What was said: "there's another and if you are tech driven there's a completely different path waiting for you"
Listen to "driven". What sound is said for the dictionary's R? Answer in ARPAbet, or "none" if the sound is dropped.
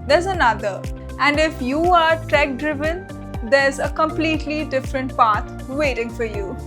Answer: R